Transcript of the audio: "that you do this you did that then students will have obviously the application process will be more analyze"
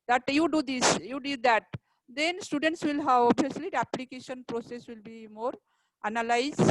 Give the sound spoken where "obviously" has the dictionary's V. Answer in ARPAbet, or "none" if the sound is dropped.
none